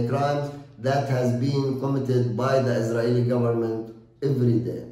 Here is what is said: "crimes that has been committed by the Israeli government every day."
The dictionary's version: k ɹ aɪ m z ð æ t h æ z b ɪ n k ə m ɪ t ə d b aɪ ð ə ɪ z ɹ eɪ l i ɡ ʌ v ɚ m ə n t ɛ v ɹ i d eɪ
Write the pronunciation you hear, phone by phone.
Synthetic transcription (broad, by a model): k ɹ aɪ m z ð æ t h æ z b ɪ n k ə m ɪ t ə d b aɪ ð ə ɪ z ɹ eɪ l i ɡ ʌ v ɚ m ə n t ɛ v ɹ i d eɪ